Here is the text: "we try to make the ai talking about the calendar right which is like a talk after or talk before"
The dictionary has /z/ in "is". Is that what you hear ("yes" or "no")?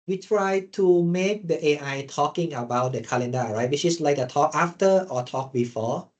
no